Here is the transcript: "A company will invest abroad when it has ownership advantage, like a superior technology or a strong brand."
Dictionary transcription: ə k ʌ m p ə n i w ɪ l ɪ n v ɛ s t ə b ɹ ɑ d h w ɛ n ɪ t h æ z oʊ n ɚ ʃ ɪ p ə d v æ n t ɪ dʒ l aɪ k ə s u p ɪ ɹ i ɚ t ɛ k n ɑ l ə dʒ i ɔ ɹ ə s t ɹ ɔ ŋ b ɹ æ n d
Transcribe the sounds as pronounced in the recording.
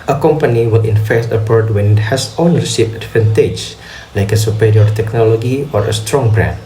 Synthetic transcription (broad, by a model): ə k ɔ m p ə n i w ɪ l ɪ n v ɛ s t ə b ɑ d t w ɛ n ɪ t h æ s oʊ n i s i f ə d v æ n t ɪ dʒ l aɪ k ə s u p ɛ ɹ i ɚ t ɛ k n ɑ l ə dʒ i ɔ ɹ ə s t ɹ ɔ ŋ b ɹ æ n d